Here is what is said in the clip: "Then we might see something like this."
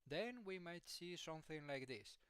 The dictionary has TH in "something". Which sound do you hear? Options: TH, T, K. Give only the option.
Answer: TH